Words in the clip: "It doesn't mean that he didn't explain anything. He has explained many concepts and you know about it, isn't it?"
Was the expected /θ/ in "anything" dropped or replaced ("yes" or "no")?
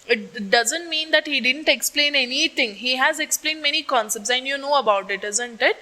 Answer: yes